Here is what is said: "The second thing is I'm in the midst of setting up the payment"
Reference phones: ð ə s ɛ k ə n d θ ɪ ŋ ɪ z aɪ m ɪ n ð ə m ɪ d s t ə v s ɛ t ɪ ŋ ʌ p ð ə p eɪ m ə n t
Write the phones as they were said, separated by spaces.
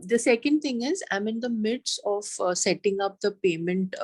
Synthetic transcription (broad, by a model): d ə s ɛ k ə n d t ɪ ŋ ɪ z aɪ m ɪ n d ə m ɪ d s ə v s ɛ t ɪ ŋ ʌ p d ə p eɪ m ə n t